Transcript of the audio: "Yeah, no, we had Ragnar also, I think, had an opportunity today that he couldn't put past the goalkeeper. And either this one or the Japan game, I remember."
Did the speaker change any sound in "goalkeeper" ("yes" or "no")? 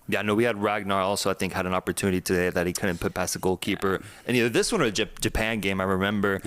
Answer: no